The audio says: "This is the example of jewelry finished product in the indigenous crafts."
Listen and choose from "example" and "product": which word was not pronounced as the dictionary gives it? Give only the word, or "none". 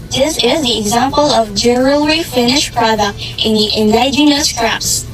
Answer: none